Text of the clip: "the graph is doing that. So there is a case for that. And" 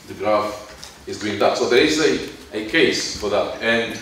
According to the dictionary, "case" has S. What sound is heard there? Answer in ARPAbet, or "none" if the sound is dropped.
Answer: S